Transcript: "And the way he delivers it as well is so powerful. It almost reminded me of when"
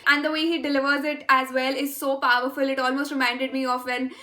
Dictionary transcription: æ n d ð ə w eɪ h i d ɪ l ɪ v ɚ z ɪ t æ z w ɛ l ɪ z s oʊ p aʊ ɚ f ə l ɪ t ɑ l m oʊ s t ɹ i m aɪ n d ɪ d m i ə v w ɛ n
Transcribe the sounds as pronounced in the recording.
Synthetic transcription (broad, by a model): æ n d ə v eɪ h i d ɪ l ɪ v ɚ z ɪ t æ z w ɛ l ɪ z s oʊ p aʊ ɚ f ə l ɪ t ɑ l m oʊ s t ɹ i m aɪ n d ɪ d m i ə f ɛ n